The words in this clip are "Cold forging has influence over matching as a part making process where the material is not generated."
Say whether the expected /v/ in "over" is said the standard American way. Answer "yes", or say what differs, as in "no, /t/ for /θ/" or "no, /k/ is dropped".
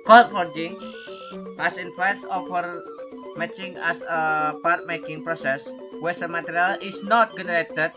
no, /f/ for /v/